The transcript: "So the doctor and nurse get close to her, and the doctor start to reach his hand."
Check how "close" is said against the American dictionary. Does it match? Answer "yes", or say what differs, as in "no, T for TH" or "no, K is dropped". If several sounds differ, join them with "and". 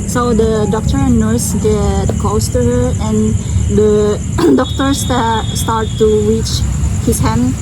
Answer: no, L is dropped